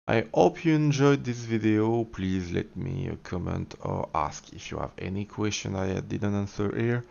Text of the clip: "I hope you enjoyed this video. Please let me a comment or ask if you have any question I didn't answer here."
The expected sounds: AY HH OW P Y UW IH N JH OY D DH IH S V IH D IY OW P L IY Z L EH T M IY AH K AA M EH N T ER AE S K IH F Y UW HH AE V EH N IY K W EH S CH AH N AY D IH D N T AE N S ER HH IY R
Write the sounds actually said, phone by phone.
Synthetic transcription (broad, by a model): AY HH OW P Y UW IH N JH OY D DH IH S V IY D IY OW P L IY Z L EH T M IY AH K AA M EH N T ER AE S K IH F Y UW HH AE V EH N IY K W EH S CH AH N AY D IH D N T AE N S ER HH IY R